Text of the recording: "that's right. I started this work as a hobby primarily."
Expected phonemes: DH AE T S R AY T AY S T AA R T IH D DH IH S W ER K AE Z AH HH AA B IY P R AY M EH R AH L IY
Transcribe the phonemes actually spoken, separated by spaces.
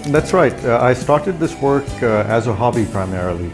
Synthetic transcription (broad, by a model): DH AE T S R AY T AY S T AA R T IH D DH IH S W ER K AE Z AH HH AA B IY P R AY M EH R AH L IY